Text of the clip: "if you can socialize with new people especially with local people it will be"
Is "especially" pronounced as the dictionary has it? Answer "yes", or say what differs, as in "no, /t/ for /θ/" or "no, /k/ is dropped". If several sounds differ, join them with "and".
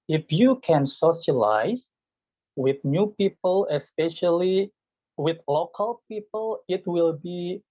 yes